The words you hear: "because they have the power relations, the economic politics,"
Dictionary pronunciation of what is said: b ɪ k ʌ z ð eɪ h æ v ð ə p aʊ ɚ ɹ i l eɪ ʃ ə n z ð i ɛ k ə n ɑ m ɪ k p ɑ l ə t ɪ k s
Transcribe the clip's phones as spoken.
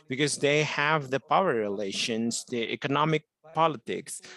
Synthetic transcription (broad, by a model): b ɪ k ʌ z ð eɪ h æ v ð ə p aʊ ɚ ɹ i l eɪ ʃ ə n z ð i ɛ k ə n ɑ m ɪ k p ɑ l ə t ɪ k s